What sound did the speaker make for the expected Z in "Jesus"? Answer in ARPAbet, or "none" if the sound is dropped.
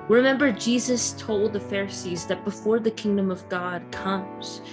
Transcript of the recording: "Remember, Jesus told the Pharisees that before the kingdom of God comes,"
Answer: Z